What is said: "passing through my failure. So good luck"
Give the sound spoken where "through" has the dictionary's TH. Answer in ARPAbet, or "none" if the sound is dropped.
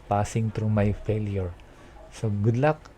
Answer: T